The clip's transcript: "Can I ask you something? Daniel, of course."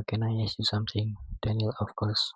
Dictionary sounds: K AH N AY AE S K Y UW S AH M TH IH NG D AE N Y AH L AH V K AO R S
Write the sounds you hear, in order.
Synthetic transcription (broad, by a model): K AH N AY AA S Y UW S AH M T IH NG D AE N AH L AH F K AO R S